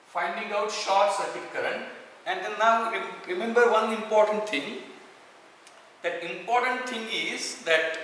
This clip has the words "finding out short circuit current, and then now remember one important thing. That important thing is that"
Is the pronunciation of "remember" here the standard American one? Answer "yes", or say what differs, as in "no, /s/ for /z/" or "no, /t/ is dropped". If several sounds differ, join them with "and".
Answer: yes